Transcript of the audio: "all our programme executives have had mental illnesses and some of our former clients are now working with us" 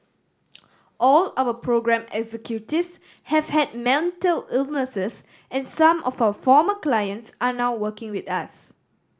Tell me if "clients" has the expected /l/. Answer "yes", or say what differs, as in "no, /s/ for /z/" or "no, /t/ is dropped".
yes